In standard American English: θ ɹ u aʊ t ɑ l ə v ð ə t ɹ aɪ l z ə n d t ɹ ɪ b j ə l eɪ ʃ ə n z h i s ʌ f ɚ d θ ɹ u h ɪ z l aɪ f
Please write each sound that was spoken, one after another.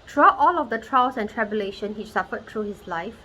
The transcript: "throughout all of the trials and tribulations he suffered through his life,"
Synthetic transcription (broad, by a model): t ɹ u aʊ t ɑ l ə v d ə t ɹ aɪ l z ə n t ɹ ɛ b j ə l eɪ ʃ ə n h i s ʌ f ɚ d t ɹ u h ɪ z l aɪ f